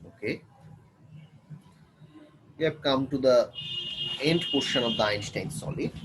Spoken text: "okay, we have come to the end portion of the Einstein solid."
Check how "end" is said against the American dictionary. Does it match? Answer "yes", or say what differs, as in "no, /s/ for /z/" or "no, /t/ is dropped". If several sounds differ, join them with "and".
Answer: yes